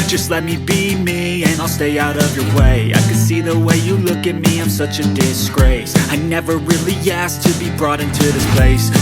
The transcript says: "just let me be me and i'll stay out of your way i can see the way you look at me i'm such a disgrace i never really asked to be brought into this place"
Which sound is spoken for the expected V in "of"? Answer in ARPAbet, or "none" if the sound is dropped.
V